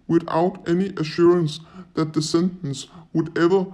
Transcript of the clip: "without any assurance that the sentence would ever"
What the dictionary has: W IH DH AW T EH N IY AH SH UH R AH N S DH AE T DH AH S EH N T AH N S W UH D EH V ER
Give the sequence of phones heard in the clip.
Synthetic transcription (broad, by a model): W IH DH AW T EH N IY AH SH UH R AH N S DH AE T DH AH S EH N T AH N S W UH D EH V ER